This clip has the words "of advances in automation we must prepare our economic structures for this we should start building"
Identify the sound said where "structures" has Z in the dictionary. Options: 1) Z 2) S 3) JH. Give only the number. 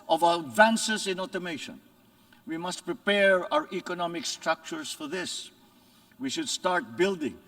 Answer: 2